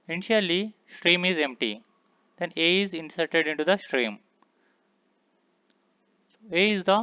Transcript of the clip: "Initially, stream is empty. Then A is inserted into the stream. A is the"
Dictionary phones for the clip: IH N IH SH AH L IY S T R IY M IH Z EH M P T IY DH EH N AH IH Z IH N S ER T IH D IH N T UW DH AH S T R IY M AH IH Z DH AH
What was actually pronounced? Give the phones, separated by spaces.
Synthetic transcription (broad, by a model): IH N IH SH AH L IY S T R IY M IH Z EH M P T IY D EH N AH IH Z IH N S ER T IH D IH N T UW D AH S T R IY M AH IH Z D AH